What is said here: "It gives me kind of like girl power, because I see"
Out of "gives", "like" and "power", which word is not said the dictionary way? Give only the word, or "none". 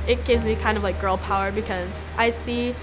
none